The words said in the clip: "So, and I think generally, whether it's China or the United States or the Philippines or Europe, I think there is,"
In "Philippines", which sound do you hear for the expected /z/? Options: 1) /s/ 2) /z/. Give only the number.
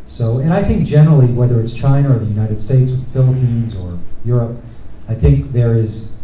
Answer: 2